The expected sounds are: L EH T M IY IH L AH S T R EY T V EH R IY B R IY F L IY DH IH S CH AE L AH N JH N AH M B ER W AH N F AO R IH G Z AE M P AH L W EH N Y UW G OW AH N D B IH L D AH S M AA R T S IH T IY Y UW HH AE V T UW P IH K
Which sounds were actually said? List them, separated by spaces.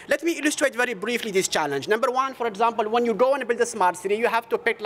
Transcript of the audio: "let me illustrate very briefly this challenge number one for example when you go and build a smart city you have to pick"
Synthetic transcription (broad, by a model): L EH T M IY IH L AH S T R EY T V EH R IY B R IY F L IY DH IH S CH AE L AH N JH N AH M B ER W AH N F AO R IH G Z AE M P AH L W EH N Y UW G OW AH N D B IH L D AH S M AA R T S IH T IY Y UW HH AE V T UW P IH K